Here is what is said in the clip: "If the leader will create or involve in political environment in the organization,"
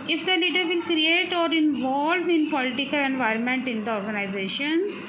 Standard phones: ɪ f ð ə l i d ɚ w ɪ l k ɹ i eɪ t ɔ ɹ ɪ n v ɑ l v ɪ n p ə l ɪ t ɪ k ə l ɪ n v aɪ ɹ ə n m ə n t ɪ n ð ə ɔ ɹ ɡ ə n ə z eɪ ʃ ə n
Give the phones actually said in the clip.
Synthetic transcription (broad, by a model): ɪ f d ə l i d ɚ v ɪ l k ɹ i eɪ t ɔ ɹ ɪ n v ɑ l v ɪ n p ə l ɪ t ɪ k ə l ɪ n v aɪ ɹ ə n m ə n t ɪ n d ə ɔ ɹ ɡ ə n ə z eɪ ʃ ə n